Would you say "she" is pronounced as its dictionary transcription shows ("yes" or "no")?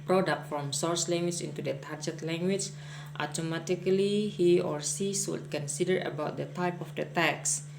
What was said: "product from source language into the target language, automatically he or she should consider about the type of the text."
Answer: no